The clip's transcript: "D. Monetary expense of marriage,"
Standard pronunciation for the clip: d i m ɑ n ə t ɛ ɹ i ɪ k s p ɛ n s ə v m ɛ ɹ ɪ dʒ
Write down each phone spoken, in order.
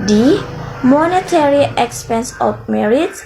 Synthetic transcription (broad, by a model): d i m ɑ n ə t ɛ ɹ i ɪ k s p ɛ n s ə f m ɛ ɹ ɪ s